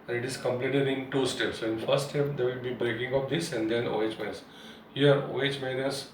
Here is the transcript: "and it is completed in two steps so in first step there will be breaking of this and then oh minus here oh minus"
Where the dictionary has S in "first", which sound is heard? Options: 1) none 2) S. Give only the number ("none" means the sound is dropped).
1